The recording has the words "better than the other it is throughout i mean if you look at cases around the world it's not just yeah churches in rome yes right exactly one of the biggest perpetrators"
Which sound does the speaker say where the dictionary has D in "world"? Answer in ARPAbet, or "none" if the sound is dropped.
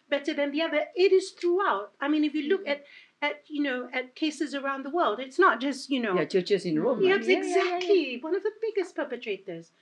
D